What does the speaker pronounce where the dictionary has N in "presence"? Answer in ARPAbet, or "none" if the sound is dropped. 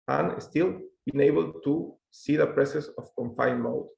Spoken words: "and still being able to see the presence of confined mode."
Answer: none